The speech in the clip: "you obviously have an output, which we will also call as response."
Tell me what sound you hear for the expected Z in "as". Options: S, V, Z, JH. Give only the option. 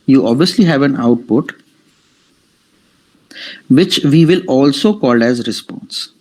Z